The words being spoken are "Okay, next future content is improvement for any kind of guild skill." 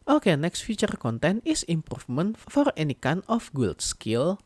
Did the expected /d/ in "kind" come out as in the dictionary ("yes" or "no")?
no